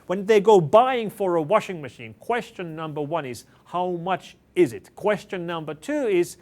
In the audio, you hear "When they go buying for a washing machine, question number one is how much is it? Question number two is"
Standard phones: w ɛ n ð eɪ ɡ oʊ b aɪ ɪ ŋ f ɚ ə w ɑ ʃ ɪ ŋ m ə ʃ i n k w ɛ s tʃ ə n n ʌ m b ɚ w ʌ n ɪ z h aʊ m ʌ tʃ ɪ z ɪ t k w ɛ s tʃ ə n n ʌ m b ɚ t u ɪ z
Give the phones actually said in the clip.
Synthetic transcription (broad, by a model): w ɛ n ð eɪ ɡ oʊ b aɪ ɪ ŋ f ɚ ə w ɑ ʃ ɪ ŋ m ə ʃ i n k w ɛ s tʃ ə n n ʌ m b ɚ w ʌ n ɪ z h aʊ m ʌ tʃ ɪ z ɪ t k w ɛ s tʃ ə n n ʌ m b ɚ t u ɪ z